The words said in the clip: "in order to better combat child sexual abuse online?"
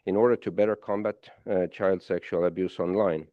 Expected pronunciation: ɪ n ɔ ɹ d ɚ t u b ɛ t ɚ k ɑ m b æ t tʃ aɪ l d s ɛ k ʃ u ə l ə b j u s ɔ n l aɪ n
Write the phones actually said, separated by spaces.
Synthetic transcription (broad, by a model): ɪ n ɔ ɹ d ɚ t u b ɛ t ɚ k ɑ m b æ t tʃ aɪ l d s ɛ k ʃ u ə l ə b j u s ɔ n l aɪ n